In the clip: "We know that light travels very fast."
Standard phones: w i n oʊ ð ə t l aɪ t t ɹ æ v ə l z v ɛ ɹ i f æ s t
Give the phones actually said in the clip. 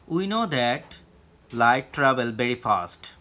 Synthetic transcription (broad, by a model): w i n oʊ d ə t l aɪ t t ɹ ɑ b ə l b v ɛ ɹ i f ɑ s t